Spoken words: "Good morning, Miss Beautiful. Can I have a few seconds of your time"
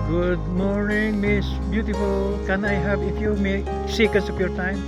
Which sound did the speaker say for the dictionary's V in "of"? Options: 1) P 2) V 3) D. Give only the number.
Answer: 1